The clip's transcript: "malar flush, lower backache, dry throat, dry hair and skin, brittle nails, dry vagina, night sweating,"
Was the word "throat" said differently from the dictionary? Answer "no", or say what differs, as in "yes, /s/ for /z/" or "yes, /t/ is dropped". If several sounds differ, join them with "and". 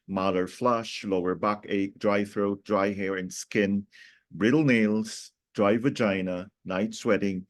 no